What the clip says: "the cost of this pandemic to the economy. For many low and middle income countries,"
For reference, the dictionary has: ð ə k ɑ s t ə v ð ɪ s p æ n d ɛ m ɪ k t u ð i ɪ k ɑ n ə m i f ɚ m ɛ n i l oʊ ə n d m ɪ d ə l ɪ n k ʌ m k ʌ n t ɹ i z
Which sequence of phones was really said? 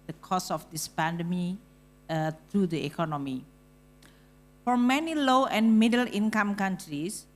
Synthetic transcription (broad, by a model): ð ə k ɑ s ə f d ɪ s p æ n d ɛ m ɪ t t u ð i ɪ k ɑ n ə m i f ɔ m ɛ n i l oʊ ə n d m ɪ d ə l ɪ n k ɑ m k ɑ n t ɹ i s